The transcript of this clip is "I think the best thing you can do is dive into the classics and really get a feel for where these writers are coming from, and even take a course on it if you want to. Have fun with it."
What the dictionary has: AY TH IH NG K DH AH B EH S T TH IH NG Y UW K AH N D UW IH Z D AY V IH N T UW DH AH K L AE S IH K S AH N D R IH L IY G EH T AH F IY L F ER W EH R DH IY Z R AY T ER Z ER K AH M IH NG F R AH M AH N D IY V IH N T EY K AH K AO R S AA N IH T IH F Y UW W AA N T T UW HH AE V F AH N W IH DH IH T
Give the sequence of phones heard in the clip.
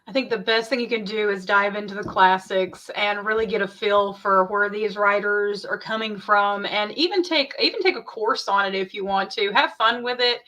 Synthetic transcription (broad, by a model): AY TH IH NG K DH AH B EH S T TH IH NG Y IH K AH N D UW IH Z D AY V IH N T UW DH AH K L AE S IH K S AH N R IH L IY G EH T AH F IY L F ER W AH R DH IY Z R AY T ER Z ER K AH M IH NG F R AH M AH N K IY V IH N T EY K AH K AO R S N IH T IH F Y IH W AA N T T UW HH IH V F AH N W IH DH IH T